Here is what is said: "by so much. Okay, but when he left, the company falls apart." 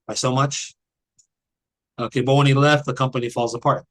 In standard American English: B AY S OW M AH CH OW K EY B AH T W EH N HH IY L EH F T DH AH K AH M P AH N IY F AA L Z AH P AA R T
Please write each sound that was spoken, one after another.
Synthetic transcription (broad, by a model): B AY S OW M AH CH OW K EY B AH T W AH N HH IY L EH F T DH AH K AH M P AH N IY F AA L Z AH P AA R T